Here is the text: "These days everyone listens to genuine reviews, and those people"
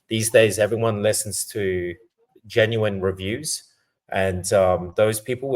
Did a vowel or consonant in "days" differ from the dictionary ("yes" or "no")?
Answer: no